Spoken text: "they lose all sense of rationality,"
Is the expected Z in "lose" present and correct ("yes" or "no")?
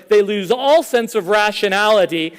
yes